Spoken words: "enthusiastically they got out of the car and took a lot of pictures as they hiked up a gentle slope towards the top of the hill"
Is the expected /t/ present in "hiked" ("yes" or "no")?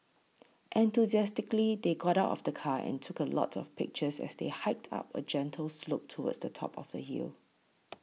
yes